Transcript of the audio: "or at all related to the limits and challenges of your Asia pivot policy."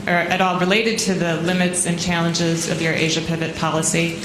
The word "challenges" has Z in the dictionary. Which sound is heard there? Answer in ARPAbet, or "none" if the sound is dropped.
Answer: Z